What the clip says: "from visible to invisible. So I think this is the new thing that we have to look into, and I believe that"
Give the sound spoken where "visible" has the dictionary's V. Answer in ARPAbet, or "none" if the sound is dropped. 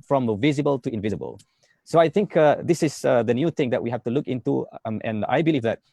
V